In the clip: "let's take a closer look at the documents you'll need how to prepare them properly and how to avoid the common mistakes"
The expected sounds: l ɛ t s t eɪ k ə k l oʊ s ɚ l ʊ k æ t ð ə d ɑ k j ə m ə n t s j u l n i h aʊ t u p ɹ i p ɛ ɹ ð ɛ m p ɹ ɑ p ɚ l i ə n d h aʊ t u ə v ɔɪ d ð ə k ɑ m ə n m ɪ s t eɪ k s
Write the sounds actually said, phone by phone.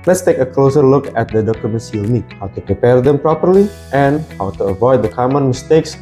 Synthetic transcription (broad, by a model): l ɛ t s t eɪ k ə k l oʊ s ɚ l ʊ k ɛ t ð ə d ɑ k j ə m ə n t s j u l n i h aʊ t u p ɹ i p ɛ ɹ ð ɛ m p ɹ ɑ p ɚ l i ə n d h aʊ t u ə v ɔɪ d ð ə k ɑ m ə n m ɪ s t eɪ k s